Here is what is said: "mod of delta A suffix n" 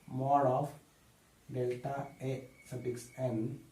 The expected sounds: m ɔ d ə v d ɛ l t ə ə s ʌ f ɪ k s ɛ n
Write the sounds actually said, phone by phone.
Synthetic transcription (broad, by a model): m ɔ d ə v d ɛ l t ə ə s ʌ p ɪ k s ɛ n